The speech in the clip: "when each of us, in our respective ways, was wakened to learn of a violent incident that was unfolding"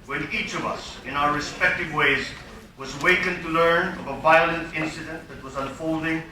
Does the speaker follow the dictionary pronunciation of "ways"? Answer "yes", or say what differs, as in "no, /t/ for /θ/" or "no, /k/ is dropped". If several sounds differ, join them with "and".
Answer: yes